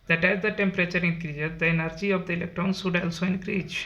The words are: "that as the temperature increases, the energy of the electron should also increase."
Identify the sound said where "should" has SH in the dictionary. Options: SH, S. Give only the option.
S